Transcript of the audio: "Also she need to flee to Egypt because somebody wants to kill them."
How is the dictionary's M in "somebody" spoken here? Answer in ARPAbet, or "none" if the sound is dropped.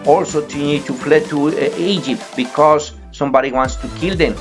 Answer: M